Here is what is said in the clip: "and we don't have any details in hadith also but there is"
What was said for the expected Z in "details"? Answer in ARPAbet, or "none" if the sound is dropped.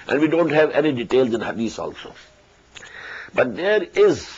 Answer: Z